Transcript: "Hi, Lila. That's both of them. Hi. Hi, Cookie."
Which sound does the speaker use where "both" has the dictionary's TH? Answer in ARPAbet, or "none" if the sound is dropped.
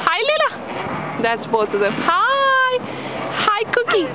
T